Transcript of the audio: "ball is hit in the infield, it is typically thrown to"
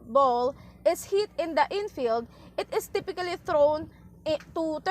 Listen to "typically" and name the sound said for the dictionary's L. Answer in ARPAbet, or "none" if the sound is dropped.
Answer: L